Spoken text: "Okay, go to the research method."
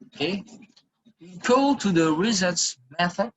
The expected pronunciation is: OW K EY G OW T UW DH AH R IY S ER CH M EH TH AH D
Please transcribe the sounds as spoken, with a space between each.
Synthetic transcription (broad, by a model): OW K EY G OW T UW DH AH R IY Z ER S M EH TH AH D